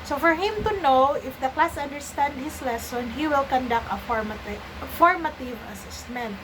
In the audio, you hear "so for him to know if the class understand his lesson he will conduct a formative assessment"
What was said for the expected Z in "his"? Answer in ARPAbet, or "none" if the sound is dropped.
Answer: S